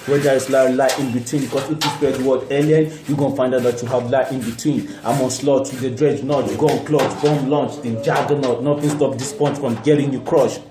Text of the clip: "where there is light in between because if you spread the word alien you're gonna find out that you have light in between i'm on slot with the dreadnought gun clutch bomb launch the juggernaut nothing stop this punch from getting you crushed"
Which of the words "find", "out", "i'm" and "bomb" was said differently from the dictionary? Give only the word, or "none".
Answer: none